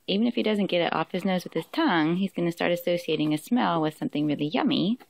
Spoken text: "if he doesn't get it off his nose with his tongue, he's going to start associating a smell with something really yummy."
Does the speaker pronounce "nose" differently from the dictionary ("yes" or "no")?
no